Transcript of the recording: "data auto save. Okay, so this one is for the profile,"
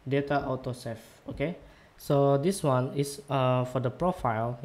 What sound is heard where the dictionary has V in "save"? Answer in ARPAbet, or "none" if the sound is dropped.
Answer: F